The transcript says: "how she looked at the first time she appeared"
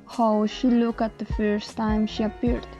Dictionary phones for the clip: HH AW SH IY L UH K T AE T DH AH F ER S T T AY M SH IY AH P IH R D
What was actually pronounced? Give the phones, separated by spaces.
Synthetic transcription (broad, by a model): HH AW SH IY L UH K AE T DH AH F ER S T T AY M SH IY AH P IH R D